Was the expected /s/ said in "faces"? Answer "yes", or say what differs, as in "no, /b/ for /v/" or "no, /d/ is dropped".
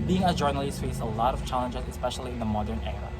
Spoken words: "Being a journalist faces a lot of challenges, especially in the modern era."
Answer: no, /s/ is dropped